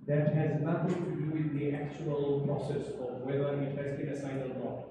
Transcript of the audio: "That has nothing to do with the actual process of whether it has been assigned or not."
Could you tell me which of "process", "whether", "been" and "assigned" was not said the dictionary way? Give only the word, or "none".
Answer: assigned